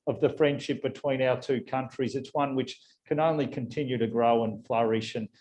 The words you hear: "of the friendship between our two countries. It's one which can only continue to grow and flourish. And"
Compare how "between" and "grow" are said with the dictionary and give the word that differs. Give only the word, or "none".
none